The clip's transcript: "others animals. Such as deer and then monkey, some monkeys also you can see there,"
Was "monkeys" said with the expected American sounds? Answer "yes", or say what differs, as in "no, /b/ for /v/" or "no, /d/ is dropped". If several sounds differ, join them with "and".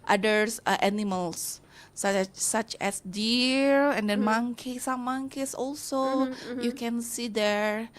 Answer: no, /s/ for /z/